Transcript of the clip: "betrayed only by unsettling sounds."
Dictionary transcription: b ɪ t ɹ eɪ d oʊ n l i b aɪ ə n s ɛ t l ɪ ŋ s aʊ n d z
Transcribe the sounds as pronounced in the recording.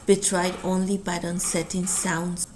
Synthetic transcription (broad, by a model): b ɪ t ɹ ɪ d oʊ n l i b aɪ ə n s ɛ t ɪ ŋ s aʊ n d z